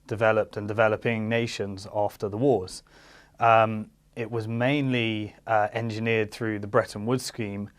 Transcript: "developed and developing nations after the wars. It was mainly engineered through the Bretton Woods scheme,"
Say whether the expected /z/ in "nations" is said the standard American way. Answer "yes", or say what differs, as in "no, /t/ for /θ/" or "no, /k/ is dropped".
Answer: yes